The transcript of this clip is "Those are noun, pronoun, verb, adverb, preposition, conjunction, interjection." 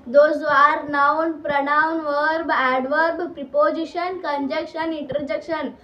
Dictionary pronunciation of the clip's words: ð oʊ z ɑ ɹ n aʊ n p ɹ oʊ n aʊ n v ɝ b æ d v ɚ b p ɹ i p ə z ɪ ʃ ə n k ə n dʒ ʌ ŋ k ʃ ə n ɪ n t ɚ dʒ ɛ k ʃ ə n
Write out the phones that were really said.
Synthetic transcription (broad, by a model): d oʊ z ɑ ɹ n aʊ n p ɹ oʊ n aʊ n v ɝ b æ d v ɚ b p ɹ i p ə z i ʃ ə n k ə n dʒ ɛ k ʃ ə n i n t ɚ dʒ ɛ k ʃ ə n